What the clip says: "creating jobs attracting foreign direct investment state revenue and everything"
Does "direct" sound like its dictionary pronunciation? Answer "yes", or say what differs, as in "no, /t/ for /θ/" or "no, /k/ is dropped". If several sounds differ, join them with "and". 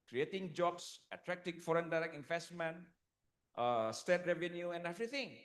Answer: no, /t/ is dropped